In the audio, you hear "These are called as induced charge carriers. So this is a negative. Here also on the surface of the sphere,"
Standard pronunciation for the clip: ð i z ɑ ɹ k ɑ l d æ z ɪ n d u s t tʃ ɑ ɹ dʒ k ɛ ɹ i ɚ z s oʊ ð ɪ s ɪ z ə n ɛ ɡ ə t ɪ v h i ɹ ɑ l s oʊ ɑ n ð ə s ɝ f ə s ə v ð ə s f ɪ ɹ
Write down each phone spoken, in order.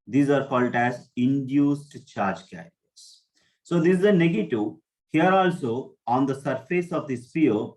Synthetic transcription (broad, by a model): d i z ɑ ɹ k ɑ l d æ z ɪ n d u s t tʃ ɑ ɹ dʒ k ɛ i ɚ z s oʊ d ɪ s ɪ z ə n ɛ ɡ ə t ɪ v h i ɹ ɑ l s oʊ ɑ n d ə s ɝ f ə s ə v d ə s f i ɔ